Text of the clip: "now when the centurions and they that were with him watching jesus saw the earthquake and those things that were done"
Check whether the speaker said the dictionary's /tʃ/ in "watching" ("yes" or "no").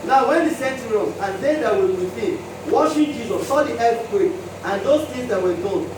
no